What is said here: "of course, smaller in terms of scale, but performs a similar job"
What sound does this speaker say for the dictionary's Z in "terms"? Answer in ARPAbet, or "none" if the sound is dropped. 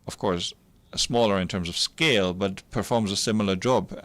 Z